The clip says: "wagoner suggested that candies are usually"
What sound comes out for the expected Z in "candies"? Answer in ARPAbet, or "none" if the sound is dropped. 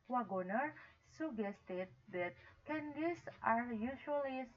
S